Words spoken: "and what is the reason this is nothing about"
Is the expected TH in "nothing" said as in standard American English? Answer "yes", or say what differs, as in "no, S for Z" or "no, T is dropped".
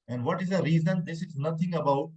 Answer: no, T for TH